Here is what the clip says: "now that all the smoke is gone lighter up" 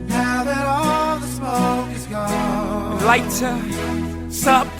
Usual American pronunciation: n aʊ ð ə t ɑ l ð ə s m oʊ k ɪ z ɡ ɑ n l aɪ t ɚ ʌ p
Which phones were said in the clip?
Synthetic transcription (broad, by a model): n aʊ ð ə t ɑ l ð ə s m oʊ ɪ z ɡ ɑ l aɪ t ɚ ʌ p